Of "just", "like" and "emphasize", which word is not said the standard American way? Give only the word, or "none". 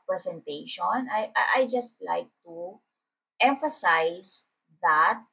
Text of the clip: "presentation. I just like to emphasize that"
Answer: emphasize